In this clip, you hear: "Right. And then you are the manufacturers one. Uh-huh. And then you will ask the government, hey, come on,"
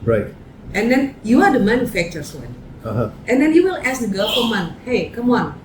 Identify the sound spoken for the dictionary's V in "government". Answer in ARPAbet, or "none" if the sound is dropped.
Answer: F